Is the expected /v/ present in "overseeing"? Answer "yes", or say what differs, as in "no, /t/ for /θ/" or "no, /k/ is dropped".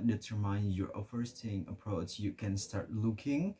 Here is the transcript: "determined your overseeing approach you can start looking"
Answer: no, /f/ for /v/